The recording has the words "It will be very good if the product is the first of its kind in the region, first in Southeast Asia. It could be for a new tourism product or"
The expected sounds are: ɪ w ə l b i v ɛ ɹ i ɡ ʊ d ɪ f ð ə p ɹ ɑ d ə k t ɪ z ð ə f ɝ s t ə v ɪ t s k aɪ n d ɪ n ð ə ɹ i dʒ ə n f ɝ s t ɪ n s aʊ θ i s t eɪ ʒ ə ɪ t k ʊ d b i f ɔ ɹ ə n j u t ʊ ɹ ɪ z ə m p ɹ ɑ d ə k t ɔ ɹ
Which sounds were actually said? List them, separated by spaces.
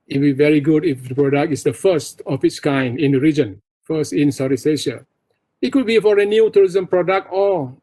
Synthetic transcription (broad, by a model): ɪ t b i v ɛ ɹ i ɡ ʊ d ɪ f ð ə p ɹ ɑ d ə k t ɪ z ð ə f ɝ s t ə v ɪ t s k aɪ n d ɪ n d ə ɹ i dʒ ə n f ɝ s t ɪ n s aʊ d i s eɪ ʃ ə ɪ t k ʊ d b i f ɔ ɹ ə n j u t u ɹ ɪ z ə m p ɹ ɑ d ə k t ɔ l